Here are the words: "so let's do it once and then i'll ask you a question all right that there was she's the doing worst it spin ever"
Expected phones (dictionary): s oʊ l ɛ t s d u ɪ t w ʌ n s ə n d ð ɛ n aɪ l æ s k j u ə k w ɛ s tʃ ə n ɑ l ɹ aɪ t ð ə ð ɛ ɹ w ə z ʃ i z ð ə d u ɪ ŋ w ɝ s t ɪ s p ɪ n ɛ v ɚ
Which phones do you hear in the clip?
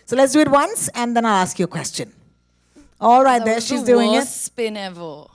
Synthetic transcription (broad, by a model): s oʊ l ɛ t s d u ɪ t w ʌ n s ə n d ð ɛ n aɪ l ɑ s k j u ə k w ɛ s tʃ ə n ɑ l ɹ aɪ t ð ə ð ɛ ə ʃ i z d u ɪ ŋ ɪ t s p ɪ n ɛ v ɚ